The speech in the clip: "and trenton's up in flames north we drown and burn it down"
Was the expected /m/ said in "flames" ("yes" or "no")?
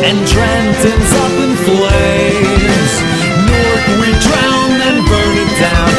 no